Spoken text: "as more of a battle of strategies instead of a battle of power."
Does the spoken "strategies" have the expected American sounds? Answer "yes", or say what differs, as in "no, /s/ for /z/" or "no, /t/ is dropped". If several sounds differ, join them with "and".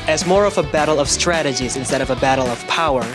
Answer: yes